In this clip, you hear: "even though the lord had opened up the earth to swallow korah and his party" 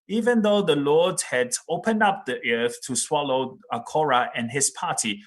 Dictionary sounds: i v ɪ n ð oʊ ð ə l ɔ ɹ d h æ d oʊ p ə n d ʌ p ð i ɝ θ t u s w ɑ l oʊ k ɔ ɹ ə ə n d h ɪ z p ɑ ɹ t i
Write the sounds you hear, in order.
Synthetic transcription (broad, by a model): i v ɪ n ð oʊ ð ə l ɔ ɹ d h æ d oʊ p ə n d ʌ p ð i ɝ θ t u s w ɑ l oʊ k ɔ ɹ ə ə n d h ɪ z p ɑ t i